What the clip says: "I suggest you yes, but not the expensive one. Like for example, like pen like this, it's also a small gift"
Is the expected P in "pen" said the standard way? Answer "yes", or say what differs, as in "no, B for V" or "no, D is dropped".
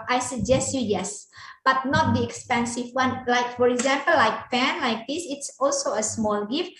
no, F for P